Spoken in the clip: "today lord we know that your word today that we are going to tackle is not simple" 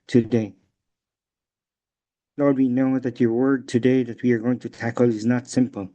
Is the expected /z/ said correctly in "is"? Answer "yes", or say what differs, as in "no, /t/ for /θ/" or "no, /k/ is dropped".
yes